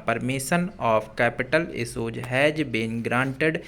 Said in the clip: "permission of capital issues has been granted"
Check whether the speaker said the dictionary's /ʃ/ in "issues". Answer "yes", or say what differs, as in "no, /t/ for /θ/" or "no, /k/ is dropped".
no, /s/ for /ʃ/